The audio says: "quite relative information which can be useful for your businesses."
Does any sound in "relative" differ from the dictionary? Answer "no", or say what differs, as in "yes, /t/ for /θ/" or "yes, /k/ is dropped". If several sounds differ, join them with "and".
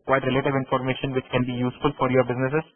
no